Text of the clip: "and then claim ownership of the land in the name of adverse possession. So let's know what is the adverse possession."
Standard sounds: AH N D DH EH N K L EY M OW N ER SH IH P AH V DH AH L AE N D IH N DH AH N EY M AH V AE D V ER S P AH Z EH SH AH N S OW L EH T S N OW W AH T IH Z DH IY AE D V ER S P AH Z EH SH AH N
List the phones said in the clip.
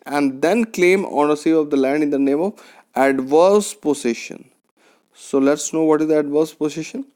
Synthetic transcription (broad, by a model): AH N D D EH N K L EY M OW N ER S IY AH V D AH L AE N D IH N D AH N EY M AH V AE D V ER S P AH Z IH SH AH N S OW L EH T S N OW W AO T IH Z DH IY AE D V ER S P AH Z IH SH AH N